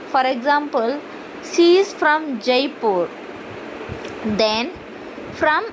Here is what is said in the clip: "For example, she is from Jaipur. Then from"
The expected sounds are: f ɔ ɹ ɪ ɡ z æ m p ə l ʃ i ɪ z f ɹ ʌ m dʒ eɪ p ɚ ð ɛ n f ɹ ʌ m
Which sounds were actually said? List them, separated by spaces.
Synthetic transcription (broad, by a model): f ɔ ɹ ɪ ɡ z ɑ m p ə l s i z f ɹ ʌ m dʒ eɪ p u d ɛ n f ɹ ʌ m